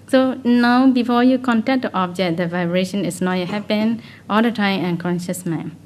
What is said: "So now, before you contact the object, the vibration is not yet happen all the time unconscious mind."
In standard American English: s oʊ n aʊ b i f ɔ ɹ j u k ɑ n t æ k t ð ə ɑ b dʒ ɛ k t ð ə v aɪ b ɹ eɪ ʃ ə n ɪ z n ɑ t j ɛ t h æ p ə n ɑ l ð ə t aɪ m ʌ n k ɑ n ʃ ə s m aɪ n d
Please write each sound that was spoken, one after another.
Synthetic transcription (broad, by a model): s oʊ n aʊ b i f ɔ j u k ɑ n t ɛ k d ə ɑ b dʒ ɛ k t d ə v aɪ b ɹ eɪ ʃ ə n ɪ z n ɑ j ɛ h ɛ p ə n ɑ l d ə t aɪ m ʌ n k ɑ n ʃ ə s m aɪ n